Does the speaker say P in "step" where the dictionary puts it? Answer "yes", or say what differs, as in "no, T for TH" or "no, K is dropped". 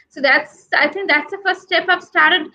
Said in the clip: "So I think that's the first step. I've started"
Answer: yes